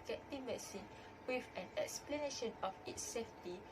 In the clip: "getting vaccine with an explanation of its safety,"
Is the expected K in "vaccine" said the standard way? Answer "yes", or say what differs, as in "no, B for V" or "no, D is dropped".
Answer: no, K is dropped